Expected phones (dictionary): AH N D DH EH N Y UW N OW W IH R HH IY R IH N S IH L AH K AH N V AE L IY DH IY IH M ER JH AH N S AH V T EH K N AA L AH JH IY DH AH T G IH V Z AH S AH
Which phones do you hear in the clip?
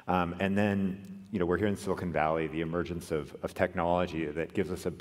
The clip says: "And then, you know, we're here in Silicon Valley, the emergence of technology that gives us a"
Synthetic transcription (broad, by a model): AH N DH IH N Y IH N OW W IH R HH IY R IH N S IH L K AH N V AE L IY DH IY IH M ER JH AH N S AH V T EH K N AA L AH JH IY DH AH T G IH V Z AH S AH